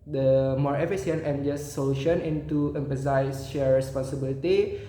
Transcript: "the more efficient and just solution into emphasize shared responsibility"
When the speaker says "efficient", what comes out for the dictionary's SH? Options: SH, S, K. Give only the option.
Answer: S